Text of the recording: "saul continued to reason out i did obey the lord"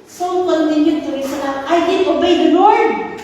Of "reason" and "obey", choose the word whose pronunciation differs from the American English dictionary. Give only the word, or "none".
reason